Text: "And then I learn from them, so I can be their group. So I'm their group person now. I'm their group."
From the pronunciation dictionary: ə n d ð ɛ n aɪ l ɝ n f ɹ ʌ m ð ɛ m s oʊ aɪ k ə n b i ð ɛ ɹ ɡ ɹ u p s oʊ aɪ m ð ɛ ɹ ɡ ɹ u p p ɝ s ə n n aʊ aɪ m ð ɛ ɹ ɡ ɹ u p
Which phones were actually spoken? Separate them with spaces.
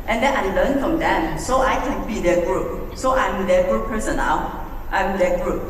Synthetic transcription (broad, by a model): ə n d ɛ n aɪ l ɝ n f ɹ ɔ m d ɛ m s oʊ aɪ k ə n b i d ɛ ɡ ɹ u p s oʊ aɪ m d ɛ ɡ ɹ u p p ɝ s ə n l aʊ aɪ m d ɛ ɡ ɹ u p